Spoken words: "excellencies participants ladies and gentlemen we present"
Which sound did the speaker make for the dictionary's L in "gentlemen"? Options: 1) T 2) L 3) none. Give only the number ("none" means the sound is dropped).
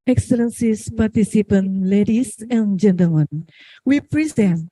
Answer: 2